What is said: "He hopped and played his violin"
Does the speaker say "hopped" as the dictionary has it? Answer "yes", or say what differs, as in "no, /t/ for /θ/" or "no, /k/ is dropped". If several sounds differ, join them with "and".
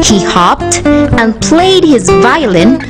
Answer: yes